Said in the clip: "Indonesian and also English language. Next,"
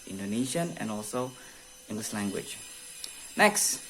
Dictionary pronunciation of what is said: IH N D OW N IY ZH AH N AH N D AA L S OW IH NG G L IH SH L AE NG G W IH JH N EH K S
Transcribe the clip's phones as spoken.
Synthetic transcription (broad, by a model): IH N D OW N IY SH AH N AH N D AA L S OW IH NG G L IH S L AE NG G W IH JH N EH K S